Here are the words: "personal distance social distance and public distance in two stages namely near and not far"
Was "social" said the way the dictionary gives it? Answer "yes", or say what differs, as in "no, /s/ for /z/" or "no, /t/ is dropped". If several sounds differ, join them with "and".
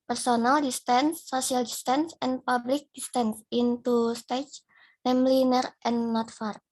no, /ʃ/ is dropped